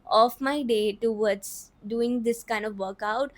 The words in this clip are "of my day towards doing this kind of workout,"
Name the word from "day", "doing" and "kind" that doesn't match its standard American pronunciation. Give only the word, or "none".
none